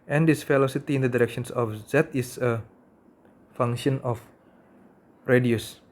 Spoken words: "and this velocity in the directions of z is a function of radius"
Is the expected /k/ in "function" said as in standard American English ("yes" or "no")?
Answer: no